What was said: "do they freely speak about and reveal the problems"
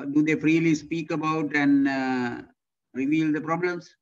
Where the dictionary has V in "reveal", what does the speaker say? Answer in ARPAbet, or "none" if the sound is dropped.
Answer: V